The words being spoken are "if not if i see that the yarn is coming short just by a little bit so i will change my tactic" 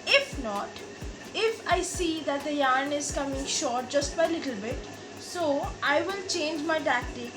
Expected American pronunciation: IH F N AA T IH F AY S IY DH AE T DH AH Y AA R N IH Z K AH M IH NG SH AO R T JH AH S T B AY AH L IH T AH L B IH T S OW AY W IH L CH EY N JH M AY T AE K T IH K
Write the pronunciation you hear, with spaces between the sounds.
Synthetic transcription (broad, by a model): IH F N AA T IH F AY S IY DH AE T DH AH Y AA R N IH Z K AH M IH NG SH AO R T JH AH S T B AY AH L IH T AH L B IH T S OW AY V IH L CH EY N JH M AY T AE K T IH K